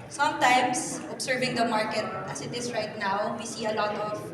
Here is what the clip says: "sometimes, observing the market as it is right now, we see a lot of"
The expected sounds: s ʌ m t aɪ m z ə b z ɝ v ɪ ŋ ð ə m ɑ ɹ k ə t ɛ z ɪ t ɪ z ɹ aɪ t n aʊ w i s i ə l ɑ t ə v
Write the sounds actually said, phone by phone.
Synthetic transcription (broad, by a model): s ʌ m t aɪ m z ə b s ɝ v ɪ ŋ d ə m ɑ ɹ k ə t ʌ s ɪ t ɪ s ɹ aɪ t n aʊ w i s i ə l ɑ t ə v